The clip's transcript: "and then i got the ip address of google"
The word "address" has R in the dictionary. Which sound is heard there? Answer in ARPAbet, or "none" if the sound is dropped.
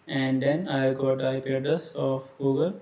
none